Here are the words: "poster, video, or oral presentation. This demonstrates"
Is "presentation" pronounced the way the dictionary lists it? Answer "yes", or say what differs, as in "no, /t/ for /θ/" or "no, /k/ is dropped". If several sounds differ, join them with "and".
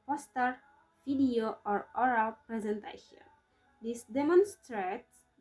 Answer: yes